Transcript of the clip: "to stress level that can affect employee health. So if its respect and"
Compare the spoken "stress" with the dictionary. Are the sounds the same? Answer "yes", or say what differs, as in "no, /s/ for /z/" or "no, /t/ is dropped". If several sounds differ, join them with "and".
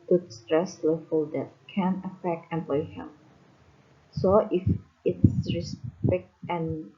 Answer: yes